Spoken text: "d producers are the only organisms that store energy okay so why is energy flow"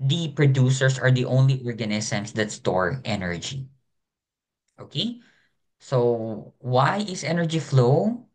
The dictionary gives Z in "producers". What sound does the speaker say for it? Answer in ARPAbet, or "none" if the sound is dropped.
S